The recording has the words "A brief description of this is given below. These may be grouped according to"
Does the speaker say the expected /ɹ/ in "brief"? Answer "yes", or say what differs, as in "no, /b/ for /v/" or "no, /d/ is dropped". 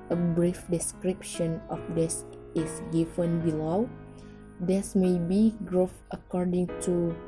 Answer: yes